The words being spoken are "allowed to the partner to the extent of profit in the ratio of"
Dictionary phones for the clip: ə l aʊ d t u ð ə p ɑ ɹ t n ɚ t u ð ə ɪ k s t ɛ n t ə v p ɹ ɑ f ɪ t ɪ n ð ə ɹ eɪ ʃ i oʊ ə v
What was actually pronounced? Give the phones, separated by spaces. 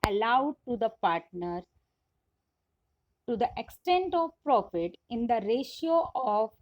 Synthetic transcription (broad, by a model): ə l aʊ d t u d ə p ɑ ɹ t n ɚ t u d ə ɪ k s t ɛ n t ə v p ɹ ɑ f ɪ t ɪ n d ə ɹ eɪ ʃ i oʊ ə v